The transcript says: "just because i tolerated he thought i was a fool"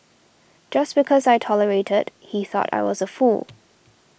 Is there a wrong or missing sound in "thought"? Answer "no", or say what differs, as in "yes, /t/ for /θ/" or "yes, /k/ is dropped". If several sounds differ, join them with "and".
no